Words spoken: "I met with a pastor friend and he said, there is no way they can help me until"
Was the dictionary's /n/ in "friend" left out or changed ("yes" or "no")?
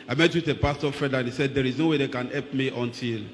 yes